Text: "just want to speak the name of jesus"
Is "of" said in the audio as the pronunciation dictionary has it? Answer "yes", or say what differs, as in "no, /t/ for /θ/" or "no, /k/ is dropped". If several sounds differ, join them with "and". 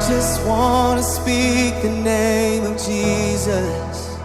yes